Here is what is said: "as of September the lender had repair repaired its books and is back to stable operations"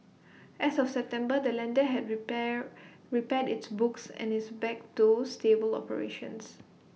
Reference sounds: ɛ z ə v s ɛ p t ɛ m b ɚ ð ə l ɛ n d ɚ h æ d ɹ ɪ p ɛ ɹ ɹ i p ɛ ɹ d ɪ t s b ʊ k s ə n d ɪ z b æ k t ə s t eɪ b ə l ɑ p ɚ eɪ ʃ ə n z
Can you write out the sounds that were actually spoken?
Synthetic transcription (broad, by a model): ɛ s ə f s ɛ p t ɛ m b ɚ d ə l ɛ n d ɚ h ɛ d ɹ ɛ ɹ ɹ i p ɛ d ɪ t s b ʊ k s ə n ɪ s b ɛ k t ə s t eɪ b ə l ɑ p ɚ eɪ ʃ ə n s